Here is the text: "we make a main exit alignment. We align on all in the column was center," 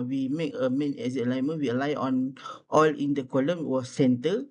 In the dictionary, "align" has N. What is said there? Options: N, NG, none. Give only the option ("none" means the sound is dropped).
none